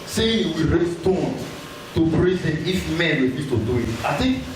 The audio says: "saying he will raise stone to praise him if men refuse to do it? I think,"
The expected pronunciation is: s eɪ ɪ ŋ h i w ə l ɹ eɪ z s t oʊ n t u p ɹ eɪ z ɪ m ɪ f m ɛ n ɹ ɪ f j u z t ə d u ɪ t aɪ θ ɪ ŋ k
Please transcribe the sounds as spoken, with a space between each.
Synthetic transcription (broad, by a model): s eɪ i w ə ɹ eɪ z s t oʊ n t u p ɹ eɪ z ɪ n ɪ f m ɛ n w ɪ j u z t ə d u ɪ t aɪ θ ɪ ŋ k